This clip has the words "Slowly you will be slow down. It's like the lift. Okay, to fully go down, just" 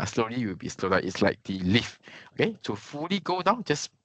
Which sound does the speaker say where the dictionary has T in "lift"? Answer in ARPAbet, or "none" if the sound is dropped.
none